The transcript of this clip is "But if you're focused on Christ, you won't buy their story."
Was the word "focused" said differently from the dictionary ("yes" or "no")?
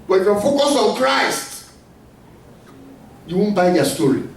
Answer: yes